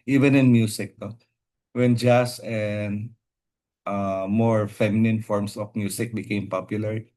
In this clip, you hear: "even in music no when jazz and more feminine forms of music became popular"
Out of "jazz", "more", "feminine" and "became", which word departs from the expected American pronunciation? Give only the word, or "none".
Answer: jazz